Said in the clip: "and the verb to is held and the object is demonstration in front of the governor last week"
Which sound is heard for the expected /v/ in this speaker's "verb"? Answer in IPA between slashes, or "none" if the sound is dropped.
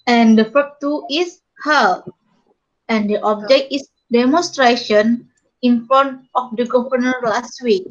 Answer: /f/